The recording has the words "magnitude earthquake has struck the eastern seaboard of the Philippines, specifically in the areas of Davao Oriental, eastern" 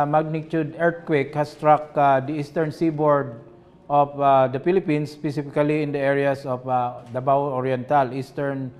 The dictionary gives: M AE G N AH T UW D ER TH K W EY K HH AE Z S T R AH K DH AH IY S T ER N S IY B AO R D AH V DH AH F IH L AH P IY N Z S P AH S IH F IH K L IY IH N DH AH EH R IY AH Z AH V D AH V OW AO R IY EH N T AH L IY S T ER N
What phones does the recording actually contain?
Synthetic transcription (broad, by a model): M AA G N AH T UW D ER T K W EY K HH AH S T R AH K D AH IY S T ER N S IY B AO R D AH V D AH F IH L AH P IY N S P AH S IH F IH K L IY IH N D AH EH R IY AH S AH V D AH B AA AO R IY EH N T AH L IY S T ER N